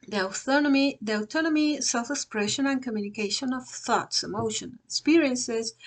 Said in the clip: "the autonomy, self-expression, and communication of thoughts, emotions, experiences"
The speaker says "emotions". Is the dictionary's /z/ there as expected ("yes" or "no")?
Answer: no